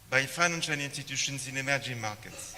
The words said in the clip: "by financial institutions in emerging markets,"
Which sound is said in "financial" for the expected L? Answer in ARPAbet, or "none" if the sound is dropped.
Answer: N